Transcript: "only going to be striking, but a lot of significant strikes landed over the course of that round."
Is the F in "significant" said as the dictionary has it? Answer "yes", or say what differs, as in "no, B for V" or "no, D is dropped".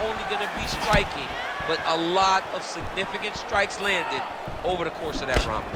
yes